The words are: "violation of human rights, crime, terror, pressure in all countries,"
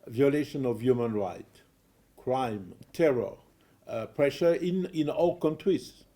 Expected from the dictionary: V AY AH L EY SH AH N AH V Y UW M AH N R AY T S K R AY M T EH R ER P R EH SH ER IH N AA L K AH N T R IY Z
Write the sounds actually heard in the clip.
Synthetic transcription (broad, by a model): V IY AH L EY SH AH N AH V Y UW M AH N R AY T K R AY M T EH R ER P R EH SH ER IH N AA L K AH N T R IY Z